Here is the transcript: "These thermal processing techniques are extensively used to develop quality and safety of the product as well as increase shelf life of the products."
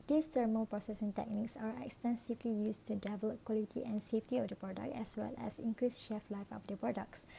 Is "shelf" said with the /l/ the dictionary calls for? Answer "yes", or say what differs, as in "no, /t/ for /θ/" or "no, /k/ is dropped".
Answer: no, /l/ is dropped